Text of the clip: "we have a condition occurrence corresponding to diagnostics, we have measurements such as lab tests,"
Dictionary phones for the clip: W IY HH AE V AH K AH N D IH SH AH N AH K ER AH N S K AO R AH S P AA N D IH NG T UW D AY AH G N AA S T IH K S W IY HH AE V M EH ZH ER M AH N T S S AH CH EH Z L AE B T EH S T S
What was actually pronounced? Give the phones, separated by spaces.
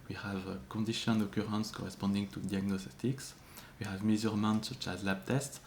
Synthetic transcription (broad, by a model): W IY HH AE V K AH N D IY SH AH N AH K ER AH N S K AO R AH S P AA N D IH NG T UW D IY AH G N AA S T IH K S W IY HH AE V M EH Z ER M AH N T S S AH CH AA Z L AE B T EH S T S